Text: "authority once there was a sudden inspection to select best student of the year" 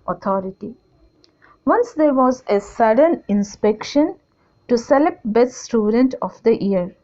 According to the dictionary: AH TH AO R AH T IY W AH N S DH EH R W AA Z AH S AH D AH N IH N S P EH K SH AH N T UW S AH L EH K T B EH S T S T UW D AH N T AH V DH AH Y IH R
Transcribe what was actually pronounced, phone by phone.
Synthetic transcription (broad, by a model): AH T AO R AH T IY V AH N S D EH R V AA Z AH S AH D AH N IH N S P EH K SH AH N T UW S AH L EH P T B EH T S T UW D AH N T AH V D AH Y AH R